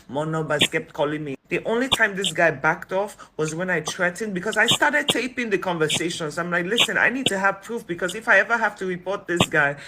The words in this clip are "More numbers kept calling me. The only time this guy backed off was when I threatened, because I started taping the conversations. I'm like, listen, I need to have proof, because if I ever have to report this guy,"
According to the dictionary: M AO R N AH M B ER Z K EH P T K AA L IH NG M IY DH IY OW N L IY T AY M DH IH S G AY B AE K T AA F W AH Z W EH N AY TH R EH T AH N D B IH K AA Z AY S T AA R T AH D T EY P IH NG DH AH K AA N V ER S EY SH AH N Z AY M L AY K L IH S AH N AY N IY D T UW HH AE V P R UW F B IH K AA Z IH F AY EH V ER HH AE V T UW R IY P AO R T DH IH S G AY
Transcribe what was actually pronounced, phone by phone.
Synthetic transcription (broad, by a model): M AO N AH B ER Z K EH P T K AA L IH NG M IY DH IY OW N L IY T AY M DH IH S G AY B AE K T AA F W AH Z W EH N AY T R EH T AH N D B IH K AA Z AY S T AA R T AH D T EY P IH NG DH AH K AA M V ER S EY SH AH N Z AY M L AY K L IH S AH N AY N IY D T UW HH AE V P R UW F B IH K AA Z IH F AY EH V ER HH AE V T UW R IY P AO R T DH IH S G AY